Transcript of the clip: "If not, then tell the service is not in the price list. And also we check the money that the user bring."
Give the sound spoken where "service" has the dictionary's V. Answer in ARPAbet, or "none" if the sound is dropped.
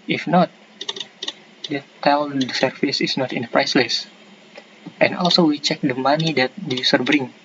F